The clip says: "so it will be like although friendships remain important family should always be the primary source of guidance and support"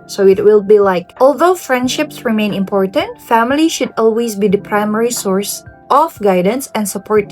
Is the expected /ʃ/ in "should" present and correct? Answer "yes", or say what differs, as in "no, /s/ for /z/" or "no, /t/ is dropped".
yes